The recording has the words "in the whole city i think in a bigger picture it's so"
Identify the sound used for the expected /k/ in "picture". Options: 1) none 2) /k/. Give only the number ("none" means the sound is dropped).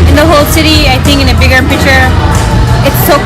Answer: 1